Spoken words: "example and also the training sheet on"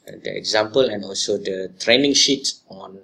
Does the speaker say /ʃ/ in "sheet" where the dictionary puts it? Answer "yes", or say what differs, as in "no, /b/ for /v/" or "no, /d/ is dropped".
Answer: yes